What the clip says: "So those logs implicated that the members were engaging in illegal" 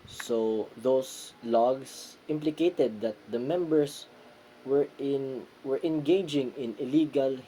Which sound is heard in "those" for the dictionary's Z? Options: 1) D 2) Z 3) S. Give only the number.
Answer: 3